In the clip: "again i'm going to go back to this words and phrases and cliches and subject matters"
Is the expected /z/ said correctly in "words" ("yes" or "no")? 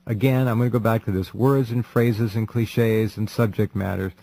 yes